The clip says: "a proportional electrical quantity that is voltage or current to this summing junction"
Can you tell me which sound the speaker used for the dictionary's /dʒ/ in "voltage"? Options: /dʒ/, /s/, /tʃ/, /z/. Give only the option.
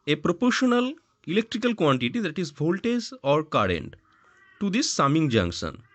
/z/